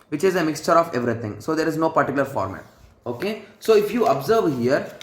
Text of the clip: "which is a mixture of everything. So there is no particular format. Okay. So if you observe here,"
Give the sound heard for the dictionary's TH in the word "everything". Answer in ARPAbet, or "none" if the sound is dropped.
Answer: T